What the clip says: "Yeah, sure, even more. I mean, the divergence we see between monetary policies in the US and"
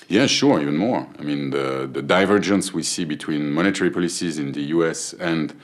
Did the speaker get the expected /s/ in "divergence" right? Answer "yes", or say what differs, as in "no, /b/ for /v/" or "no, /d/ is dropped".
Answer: yes